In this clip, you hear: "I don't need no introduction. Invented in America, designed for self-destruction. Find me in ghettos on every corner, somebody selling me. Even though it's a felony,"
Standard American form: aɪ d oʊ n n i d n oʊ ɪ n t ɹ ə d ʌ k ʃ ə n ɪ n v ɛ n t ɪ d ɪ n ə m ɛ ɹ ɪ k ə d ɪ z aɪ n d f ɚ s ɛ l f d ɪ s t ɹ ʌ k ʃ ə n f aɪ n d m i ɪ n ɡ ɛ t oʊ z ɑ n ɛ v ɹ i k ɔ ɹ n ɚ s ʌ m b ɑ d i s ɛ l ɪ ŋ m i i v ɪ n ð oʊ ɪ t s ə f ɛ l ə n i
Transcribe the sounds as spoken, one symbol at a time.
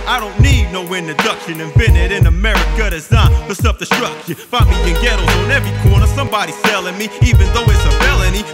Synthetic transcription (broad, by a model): aɪ d oʊ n n i d n oʊ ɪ n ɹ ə d ʌ k ʃ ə n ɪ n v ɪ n ɪ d ɪ n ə m ɛ ɹ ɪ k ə d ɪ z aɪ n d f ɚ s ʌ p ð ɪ s t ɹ ʌ k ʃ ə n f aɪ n m i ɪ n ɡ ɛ t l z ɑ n ɛ v ɹ i k ɔ ɹ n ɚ s ʌ m b ɑ d i s ɛ l ɪ ŋ m i i v ɪ n ð oʊ ɪ t s ə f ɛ l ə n i